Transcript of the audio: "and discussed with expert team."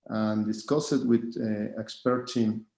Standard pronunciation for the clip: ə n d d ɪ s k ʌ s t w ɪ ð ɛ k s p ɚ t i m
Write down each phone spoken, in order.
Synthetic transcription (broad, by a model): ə n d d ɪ s k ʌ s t w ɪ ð ɛ k s p ɚ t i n